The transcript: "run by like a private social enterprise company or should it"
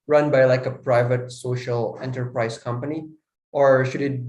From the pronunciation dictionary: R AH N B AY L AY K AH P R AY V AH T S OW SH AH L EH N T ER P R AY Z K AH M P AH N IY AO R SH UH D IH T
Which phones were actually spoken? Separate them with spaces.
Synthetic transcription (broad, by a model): R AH N B AY L AY K AH P R AY V AH T S OW SH AH L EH N T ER P R AY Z K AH M P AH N IY AO R SH UH D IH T